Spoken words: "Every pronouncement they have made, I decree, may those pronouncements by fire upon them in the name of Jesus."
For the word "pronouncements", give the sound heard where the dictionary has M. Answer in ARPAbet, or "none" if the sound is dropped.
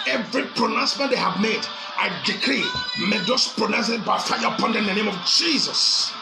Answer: none